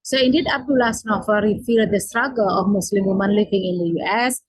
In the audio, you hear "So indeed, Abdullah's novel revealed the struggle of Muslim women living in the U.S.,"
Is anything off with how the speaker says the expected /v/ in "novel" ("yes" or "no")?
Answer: yes